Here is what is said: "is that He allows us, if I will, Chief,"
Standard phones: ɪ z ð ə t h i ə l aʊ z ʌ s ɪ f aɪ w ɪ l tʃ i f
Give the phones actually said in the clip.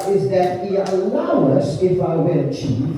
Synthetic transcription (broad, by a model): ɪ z ð ə t h i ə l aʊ ʌ s ɪ f aɪ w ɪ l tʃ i